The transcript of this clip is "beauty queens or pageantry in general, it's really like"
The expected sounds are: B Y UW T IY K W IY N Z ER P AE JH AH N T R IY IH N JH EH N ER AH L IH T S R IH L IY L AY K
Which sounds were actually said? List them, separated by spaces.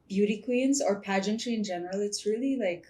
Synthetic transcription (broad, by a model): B Y UW T IY K W IY N Z ER P AE JH AH N T R IY IH N JH EH N ER AH L IH T S R IH L IY L AY K